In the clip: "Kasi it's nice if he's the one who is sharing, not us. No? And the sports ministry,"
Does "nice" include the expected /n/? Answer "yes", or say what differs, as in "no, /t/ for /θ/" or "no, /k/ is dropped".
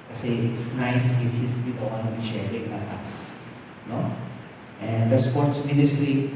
yes